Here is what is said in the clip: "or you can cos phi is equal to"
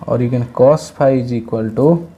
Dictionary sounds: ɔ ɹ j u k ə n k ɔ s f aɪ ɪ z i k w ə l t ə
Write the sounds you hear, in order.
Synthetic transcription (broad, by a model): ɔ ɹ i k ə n k ɔ s p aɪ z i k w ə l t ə